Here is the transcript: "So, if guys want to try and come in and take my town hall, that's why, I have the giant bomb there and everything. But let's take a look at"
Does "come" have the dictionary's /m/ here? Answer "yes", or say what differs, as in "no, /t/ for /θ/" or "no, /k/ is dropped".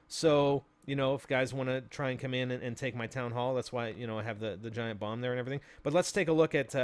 yes